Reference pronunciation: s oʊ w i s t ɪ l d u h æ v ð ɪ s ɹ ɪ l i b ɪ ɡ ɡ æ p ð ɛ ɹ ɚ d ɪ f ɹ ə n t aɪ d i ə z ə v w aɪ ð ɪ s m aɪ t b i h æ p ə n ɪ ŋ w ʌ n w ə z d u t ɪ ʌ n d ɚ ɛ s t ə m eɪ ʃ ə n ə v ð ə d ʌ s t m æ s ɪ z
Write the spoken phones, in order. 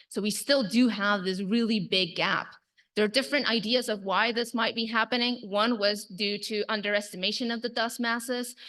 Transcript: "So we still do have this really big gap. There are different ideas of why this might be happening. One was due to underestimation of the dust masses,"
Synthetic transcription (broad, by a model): s oʊ w i s t ɪ l d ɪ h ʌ v ð ɪ s ɹ ɪ l i b ɪ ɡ ɡ æ p ð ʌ ɹ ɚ d ɪ f ɹ ə n t aɪ d i ə z ə v w aɪ ð ɪ s m aɪ t b i h æ p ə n ɪ ŋ w ʌ n w ə z d u t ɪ ʌ n d ɚ ɛ s t ə m eɪ ʃ ə n ə v ð ə d ʌ s m æ s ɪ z